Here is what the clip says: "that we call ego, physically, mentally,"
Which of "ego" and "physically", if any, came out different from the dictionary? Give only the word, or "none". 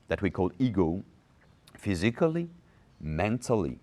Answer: none